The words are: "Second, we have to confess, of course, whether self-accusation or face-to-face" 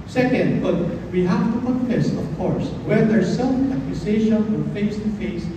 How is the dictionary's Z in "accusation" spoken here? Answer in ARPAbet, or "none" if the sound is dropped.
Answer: S